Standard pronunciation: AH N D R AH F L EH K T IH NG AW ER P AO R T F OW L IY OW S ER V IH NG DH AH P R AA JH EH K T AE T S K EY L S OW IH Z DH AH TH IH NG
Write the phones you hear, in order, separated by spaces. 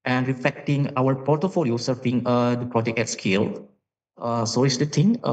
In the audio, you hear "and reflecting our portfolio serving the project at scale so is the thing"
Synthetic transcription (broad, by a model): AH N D R AH F L EH K T IH NG AW ER P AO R T F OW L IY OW S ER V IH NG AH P R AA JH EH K EH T S K EY L S OW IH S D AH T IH NG